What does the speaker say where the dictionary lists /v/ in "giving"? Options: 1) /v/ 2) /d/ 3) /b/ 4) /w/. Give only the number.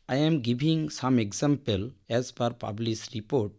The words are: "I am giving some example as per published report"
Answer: 3